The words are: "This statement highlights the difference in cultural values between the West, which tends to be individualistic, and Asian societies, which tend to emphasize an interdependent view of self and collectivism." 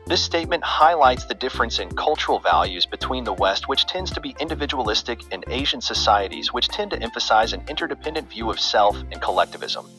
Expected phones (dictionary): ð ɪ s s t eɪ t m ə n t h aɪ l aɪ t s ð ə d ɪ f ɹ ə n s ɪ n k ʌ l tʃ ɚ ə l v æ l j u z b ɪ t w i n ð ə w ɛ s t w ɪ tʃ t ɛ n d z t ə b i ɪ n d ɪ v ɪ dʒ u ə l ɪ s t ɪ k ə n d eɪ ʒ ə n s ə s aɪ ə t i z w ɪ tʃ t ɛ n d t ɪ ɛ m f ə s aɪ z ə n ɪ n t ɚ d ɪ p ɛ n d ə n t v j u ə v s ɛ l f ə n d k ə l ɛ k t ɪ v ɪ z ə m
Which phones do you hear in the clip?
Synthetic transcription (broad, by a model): ð ɪ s s t eɪ t m ə n t h aɪ l aɪ t s ð ə d ɪ f ɹ ə n s ɪ n k ʌ l tʃ ɚ l v æ l j u z b ɪ t w i n ð ə w ɛ s t w ɪ tʃ t ɛ n d z t ə b i ɪ n d ɪ v ɪ dʒ u ə l ɪ s t ɪ k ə n eɪ ʒ ə n s ə s aɪ ə t i z w ɪ tʃ t ɛ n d t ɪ ɛ m f ə s aɪ z ə n ɪ n t ɚ d ɪ p ɛ n d ə n t v j u ə v s ɛ l f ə n k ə l ɛ k t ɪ v ɪ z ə m